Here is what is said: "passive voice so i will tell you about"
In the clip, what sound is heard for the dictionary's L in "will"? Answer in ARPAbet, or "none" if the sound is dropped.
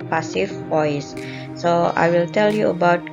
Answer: L